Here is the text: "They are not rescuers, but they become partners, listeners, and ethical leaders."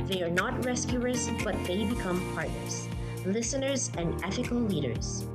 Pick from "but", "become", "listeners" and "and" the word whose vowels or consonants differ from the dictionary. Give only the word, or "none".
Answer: none